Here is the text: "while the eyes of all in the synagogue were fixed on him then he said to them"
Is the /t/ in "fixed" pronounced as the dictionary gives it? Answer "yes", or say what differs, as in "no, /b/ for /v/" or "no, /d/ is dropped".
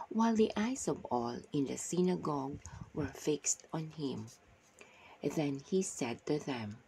yes